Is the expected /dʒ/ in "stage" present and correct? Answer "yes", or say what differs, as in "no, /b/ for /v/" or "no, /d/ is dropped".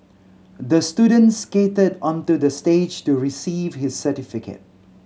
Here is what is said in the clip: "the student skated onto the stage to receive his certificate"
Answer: yes